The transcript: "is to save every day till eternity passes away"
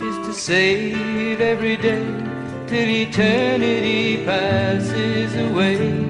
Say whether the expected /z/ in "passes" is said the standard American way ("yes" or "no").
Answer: yes